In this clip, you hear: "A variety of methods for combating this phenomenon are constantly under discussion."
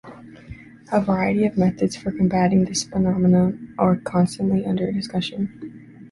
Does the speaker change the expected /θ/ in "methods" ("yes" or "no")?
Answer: no